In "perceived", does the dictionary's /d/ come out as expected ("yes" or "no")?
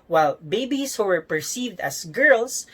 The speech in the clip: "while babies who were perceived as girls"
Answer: yes